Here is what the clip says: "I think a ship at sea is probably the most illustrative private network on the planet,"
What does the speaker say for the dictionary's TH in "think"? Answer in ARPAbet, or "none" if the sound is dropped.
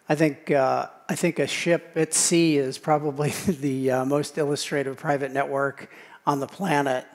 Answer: TH